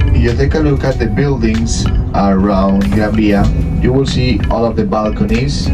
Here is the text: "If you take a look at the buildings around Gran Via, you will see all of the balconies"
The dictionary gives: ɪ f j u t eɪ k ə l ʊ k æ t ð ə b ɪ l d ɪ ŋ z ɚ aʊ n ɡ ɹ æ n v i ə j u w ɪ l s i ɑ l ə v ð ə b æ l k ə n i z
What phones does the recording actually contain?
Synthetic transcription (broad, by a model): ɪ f j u t eɪ k ə l ʊ k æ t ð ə b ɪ l d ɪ ŋ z ɚ aʊ n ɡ æ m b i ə j u w ɪ l s i ɑ l ə v ð ə b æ l k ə n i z